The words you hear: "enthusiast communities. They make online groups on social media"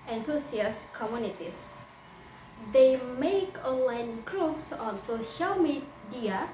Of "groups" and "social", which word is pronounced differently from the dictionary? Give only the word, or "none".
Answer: none